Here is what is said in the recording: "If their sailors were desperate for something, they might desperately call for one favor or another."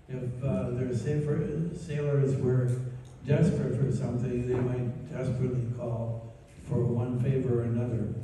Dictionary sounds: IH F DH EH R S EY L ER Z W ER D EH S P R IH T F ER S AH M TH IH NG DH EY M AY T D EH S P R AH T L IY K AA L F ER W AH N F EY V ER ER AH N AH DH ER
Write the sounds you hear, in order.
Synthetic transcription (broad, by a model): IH F DH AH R S EY L ER Z W ER D EH S P R IH T F ER S AH M TH IH NG DH EY M AY T D EH S P R AH T L IY K AA L F ER W AH N F EY V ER ER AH N AH DH ER